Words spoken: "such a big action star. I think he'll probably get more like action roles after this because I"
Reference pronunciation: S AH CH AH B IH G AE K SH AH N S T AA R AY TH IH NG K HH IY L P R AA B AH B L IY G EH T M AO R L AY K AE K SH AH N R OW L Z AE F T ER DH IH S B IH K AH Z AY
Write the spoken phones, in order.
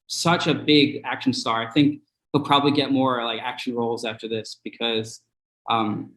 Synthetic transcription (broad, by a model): S AH CH AH B IH G AE K SH N S T AA R AY TH IH NG K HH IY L P R AA B AH B L IY G EH T M AO R L AY K AE K SH N R OW L Z AE F T ER DH IH S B IH K AH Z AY